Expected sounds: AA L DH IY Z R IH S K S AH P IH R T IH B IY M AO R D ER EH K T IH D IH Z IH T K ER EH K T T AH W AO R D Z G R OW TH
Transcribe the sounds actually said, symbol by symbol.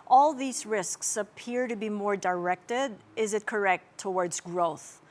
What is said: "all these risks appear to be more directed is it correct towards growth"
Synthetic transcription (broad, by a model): AA L DH IY Z R IH S K S AH P IH R T IH B IY M AO R D ER EH K T IH D IH Z IH T K ER EH K T T AH W AO R D Z G R OW TH